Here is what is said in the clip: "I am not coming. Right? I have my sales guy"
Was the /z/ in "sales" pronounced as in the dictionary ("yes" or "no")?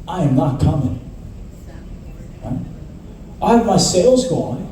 yes